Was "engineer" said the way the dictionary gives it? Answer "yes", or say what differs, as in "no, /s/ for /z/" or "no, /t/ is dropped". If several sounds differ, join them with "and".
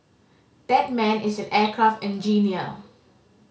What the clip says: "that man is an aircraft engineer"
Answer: no, /l/ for /ɹ/